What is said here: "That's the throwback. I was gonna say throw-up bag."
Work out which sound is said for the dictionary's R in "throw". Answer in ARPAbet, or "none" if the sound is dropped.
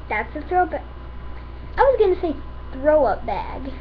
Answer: R